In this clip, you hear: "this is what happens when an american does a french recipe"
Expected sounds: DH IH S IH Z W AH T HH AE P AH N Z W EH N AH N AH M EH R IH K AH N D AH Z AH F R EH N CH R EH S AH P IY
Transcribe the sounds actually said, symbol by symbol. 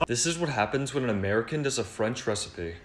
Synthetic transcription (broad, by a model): DH IH S IH Z W AH T HH AE P AH N Z W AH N AH N AH M EH R IH K AH N D AH Z AH F R EH N CH R EH S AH P IY